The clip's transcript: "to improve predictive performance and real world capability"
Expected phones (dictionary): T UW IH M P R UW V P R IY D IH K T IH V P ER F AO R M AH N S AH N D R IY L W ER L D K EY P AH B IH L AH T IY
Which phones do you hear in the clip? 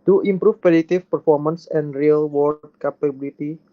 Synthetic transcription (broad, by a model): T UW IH M P R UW F P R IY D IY T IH F P ER F AO R M AH N S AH N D R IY L W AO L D K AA P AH B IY L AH T IY